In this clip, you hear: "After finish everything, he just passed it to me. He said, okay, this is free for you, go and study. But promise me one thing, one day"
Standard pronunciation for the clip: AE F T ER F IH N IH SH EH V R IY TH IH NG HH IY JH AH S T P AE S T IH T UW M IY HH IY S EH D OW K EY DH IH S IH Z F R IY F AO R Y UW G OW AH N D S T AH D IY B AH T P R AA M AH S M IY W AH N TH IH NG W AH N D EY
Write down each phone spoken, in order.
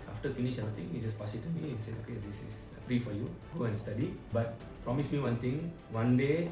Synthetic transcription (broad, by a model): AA F T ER F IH N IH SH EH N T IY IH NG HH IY JH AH S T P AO S IH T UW M IY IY S EH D OW K EY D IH S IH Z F R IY F AO R Y UW G OW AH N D S T AH D IY B AH T P R AA M AH S M IY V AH N T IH NG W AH N D EY